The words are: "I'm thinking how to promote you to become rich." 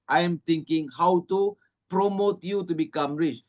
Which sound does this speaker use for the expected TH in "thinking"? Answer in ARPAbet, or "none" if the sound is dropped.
T